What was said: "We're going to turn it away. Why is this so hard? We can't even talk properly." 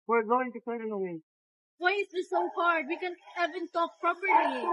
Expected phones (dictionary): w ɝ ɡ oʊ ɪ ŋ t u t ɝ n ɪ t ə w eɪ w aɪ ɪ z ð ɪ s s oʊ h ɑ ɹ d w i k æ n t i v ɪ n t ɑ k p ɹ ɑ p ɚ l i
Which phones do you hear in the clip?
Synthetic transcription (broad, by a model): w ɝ ɡ oʊ ɪ ŋ t u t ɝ ɪ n ə w eɪ w aɪ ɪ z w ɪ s s oʊ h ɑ ɹ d w i k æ n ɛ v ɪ n t ɑ k p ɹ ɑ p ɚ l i